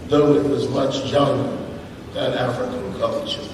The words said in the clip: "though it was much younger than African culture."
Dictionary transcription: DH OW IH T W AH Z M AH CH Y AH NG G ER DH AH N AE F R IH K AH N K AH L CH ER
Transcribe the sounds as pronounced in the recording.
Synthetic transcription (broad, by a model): DH OW IH T W AH Z M AH CH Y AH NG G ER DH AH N AE F R IH K AH N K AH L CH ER